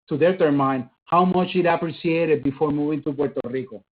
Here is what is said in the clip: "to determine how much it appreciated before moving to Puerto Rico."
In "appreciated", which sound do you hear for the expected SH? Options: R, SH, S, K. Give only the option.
S